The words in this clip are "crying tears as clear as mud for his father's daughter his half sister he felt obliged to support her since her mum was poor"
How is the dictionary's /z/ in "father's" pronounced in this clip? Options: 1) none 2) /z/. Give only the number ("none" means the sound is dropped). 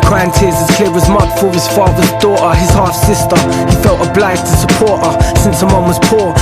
2